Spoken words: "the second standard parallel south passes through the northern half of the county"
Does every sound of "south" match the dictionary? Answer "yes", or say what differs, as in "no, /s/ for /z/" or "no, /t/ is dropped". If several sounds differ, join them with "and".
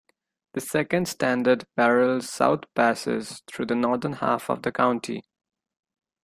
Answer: no, /t/ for /θ/